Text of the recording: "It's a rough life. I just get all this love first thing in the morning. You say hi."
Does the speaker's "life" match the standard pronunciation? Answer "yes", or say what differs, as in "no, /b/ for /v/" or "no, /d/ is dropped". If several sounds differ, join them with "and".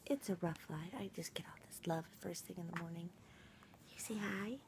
no, /f/ is dropped